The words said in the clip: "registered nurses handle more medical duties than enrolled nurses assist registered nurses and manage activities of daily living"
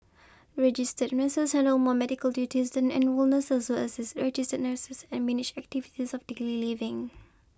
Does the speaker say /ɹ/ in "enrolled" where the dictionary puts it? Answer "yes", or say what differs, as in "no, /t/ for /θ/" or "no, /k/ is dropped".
no, /w/ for /ɹ/